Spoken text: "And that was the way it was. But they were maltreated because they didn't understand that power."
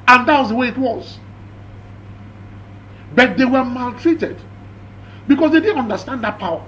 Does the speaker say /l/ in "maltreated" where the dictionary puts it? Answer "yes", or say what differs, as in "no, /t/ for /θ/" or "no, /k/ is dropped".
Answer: yes